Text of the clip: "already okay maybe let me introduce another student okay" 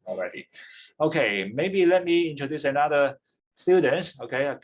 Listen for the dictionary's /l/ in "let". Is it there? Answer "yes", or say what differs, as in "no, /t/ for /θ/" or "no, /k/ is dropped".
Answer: yes